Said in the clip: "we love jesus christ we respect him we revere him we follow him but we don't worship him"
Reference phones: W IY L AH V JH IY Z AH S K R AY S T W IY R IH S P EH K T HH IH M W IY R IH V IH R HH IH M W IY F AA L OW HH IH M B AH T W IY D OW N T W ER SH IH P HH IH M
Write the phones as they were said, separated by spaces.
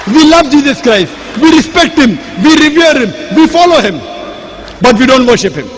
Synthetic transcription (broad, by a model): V IY L AH V JH IY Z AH S K R AY S T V IY R IH S P EH K T HH IH M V IY R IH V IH R HH IH M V IY F AA L OW HH IH M B AH T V IY D OW N T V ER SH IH P HH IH M